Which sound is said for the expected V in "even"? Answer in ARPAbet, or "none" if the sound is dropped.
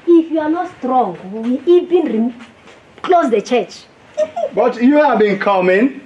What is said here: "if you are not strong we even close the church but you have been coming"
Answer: B